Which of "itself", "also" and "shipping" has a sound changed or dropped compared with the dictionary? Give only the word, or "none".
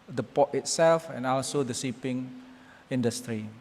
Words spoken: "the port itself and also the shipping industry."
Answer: shipping